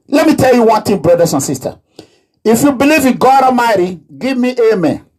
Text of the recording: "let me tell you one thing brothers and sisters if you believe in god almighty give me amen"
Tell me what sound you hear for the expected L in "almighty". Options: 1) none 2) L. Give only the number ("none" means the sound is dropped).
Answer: 1